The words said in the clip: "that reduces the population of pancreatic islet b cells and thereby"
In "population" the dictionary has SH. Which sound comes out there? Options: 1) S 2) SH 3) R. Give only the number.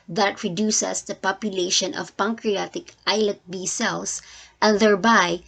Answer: 2